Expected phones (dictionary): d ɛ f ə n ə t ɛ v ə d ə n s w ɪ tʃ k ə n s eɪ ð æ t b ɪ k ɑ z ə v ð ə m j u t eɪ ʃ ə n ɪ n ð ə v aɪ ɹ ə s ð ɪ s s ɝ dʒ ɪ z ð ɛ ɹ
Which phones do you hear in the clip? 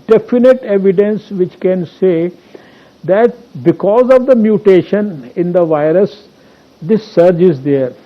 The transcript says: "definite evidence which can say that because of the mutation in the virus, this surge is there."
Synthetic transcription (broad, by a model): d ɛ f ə n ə t ɛ v ə d ə n s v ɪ tʃ k ə n s eɪ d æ t b ɪ k ɑ z ə v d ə m j u t eɪ ʃ ə n ɪ n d ə v aɪ ɹ ə s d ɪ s s ɝ dʒ ɪ z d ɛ ɹ